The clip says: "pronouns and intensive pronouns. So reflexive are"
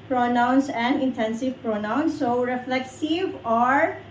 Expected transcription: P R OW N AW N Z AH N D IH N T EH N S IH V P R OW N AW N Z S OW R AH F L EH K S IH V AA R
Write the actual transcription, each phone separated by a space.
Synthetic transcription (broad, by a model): P R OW N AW N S AH N D IH N T EH N S IH V P R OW N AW N S OW R AH F L EH K S IH V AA R